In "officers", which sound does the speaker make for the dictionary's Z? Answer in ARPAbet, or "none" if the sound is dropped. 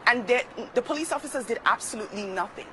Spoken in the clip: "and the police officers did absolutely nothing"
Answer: Z